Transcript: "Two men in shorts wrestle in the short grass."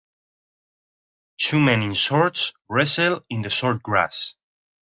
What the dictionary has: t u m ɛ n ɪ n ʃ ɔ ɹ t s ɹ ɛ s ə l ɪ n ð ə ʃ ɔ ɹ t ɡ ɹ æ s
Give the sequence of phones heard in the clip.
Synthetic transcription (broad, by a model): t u m ɛ n ɪ n s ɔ ɹ t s ɹ ɛ s ə l ɪ n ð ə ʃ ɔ ɹ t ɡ ɹ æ s